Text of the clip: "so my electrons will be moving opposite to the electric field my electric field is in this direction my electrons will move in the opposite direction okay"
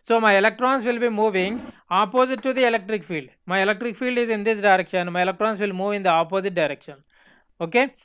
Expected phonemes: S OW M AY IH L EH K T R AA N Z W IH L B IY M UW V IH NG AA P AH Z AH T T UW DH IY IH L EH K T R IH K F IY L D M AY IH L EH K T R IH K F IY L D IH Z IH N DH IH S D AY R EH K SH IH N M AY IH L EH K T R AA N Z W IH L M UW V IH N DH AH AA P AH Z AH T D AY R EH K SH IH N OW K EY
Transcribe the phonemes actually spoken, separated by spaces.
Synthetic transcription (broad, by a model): S OW M AY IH L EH K T R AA N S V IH L B IY M UW V IH NG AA P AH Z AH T T UW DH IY IH L EH K T R IH K F IY L D M AY IH L EH K T R IH K F IY L D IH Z IH N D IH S D AY R EH K SH IH N M AY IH L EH K T R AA N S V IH L M UW V IH N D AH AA P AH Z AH T D AY R EH K SH IH N OW K EY